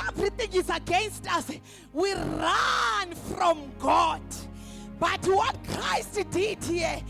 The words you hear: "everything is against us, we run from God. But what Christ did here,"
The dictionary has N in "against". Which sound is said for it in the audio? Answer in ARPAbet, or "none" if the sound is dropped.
N